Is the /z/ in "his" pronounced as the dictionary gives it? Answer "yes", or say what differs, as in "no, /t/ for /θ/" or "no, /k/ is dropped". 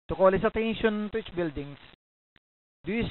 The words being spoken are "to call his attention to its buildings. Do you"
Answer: no, /s/ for /z/